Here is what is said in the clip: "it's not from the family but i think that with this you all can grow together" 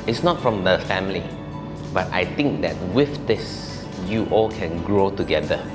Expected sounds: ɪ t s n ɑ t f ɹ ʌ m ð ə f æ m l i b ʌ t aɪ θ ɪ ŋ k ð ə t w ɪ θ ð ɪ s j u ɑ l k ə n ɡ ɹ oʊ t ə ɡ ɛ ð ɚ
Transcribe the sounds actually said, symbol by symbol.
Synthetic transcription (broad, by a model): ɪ t s n ɑ t f ɹ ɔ m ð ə f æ m l i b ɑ t aɪ t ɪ ŋ k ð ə t w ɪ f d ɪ s j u ɑ l k ə n ɡ ɹ oʊ t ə ɡ ɛ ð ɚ